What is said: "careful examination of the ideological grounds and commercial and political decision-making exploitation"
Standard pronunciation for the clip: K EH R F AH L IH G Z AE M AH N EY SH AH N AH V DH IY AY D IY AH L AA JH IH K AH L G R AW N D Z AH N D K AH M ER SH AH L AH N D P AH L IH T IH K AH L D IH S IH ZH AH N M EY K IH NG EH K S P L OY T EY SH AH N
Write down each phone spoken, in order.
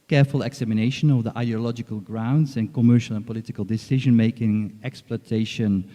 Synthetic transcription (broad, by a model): K EH R F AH L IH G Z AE M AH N EY SH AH N AH V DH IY AY D IY AH L AA JH IH K AH L G R AW N D Z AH N K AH M ER SH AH L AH N P AH L IH T IH K AH L D IH S IH ZH AH N M EY K IH NG EH K S P L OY T EY SH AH N